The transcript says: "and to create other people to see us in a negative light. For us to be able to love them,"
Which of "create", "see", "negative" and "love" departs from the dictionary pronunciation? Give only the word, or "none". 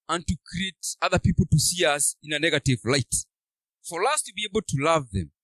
none